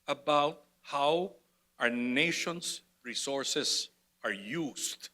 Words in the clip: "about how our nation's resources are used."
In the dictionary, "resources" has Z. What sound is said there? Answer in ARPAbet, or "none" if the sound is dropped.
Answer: S